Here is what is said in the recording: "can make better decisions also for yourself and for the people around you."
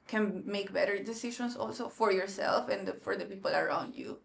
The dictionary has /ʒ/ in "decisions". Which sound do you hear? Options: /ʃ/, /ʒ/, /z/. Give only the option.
/ʃ/